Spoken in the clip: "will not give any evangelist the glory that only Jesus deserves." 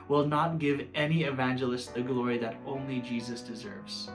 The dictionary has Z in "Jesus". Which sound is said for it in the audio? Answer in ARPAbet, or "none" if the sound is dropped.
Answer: Z